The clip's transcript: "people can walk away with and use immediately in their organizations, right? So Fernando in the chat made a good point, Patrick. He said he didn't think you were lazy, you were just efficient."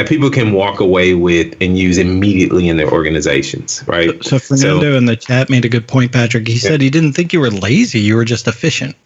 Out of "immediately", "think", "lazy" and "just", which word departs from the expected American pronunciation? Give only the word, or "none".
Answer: none